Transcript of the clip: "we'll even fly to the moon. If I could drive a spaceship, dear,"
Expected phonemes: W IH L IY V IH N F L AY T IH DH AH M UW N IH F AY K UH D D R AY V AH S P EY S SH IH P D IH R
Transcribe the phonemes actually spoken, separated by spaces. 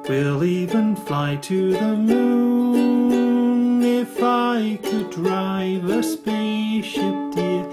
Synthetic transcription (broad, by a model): W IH L IY V IH N F L AY T IH DH AH M UW N IH F AY K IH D D R AY V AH S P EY SH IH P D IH